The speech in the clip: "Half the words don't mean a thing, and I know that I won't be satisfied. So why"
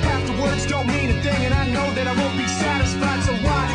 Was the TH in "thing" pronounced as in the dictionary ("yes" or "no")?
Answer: yes